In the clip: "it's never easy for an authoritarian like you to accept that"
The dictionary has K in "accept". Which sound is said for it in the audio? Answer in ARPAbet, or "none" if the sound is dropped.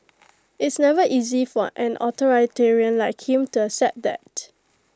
none